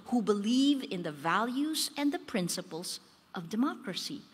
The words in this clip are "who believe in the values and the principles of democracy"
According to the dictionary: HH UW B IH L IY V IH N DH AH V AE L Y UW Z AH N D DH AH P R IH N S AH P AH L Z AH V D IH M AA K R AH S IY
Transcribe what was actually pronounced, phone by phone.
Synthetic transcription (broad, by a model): HH UW B IH L IY V IH N DH AH V AE L Y UW Z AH N DH AH P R IH N S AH P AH L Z AH V D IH M AA K R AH S IY